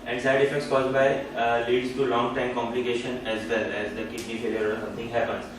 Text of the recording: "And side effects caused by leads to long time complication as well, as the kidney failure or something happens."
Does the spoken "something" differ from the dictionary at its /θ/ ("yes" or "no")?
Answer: yes